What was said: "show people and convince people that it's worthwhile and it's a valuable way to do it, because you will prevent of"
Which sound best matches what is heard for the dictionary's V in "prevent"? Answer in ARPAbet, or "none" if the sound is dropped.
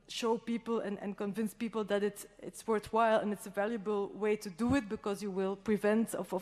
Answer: V